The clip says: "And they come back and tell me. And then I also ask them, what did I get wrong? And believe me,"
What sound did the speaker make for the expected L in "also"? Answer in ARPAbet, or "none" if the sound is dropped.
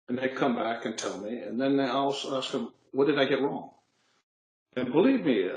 W